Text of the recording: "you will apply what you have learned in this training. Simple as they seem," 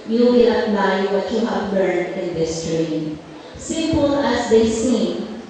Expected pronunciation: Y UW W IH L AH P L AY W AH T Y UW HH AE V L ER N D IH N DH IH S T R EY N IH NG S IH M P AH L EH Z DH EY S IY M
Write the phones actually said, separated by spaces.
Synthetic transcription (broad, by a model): Y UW W IH L AH P L AY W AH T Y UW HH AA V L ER D IH N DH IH S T R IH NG S IH M P AH L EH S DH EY S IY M